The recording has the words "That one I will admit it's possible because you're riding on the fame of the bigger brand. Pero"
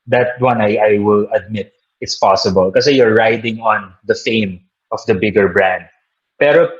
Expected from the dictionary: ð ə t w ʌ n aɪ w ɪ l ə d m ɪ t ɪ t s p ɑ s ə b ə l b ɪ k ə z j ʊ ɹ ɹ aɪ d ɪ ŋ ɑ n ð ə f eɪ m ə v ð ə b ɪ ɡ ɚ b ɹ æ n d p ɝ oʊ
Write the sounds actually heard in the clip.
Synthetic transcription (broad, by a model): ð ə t w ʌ n aɪ w ɪ l ə d m ɪ t ɪ t s p ɑ s ə b ə l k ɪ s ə j ʊ ɹ ɹ aɪ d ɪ ŋ ɑ n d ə f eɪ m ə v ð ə b ɪ ɡ ɚ b ɹ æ n d p ɝ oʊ